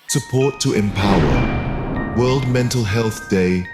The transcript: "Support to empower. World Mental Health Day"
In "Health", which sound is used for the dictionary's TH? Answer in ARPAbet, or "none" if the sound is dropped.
TH